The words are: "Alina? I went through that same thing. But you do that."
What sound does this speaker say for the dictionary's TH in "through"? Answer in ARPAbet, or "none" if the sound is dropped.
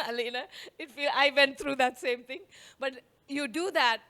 T